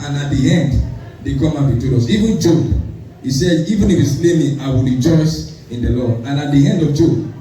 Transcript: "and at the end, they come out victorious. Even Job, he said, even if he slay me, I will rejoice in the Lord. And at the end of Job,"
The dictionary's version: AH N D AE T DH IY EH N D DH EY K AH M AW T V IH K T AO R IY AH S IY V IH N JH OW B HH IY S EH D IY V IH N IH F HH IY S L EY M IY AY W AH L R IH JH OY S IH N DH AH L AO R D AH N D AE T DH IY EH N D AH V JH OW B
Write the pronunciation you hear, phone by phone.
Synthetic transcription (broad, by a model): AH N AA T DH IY EH N D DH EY K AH M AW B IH T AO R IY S IY V IH N JH OW B HH IY S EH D IY V IH N IH F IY S L EY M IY AY W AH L R IH JH OY S IH N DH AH L AO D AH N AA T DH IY EH N D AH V JH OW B